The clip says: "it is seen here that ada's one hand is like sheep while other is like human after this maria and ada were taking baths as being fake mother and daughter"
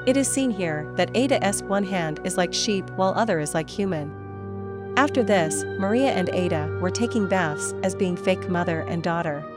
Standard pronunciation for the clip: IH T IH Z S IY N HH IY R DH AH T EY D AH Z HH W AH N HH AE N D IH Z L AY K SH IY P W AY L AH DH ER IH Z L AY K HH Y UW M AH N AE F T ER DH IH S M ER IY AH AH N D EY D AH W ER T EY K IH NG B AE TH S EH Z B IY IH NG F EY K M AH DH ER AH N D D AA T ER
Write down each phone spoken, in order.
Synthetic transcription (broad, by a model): IH T IH Z S IY N HH IY R DH AH T EY D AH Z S W AH N HH AE N D IH Z L AY K SH IY P W AY L AH DH ER IH Z L AY K HH Y UW M AH N AE F T ER DH IH S M ER IY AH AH N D EY D AH W ER T EY K IH NG B AE TH S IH Z B IY IH NG F EY K M AH DH ER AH N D D AA T ER